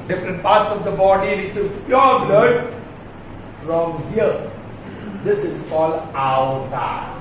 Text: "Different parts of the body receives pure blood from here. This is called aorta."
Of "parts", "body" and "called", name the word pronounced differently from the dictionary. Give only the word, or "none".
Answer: none